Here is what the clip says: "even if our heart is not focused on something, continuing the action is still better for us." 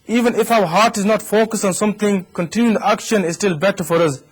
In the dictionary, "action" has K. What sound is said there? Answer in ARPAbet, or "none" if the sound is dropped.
K